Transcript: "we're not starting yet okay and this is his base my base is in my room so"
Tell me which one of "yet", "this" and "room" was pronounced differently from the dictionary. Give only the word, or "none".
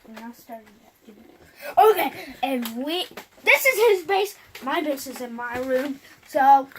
yet